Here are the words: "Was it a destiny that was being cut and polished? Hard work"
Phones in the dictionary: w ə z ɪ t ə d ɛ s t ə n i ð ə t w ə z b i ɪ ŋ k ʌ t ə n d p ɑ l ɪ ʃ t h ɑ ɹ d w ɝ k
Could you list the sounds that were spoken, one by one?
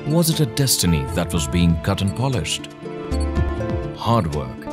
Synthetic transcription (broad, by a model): w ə z ɪ t ə d ɛ s t ə n i ð ə t w ə z b i ɪ ŋ k ʌ t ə n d p ɑ l ɪ ʃ t h ɑ ɹ d w ɝ k